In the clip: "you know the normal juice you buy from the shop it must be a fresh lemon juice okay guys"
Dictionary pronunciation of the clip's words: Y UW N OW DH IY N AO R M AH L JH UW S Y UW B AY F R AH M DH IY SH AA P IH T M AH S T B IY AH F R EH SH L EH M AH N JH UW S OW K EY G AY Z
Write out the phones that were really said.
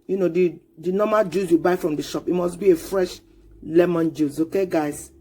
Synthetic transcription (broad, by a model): Y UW N OW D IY N AO M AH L JH UW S Y UW B AY F R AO M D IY SH AA P IH T M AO S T B IY AH F R EH SH L EH M AH N JH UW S OW K EY G AY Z